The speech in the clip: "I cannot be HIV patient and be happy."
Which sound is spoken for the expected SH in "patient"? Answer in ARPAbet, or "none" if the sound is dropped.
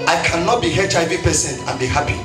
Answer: S